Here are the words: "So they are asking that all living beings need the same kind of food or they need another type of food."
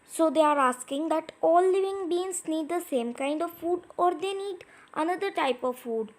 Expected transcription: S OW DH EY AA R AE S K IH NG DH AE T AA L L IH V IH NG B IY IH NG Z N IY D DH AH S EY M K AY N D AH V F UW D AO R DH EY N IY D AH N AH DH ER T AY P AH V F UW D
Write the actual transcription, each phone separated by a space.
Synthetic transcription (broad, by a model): S OW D EY AA R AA S K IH NG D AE T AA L L IH V IH NG B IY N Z N IY D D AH S EY M K AY N D AH V F UW D AO R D EY N IY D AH N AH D ER T AY P AH V F UW D